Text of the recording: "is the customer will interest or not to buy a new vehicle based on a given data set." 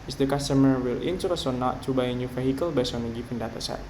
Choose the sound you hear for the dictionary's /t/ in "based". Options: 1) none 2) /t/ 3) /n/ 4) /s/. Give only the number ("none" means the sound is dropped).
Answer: 1